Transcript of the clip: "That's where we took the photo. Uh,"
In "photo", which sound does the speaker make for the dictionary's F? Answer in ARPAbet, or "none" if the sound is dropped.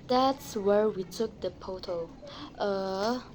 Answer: P